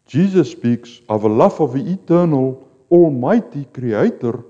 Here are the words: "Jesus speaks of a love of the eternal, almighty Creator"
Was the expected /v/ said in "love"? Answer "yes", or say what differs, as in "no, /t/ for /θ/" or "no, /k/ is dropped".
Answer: no, /f/ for /v/